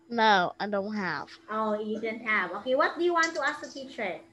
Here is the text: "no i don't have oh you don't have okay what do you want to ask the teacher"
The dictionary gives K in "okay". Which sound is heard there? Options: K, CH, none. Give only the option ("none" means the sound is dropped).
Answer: K